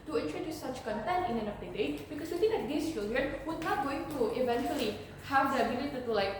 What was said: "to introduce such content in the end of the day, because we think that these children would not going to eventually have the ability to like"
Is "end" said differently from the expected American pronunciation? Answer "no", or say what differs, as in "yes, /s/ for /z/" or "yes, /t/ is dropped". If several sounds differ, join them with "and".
yes, /d/ is dropped